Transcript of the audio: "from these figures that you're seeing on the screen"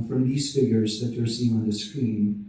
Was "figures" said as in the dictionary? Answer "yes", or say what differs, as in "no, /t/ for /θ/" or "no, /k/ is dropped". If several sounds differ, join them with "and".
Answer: yes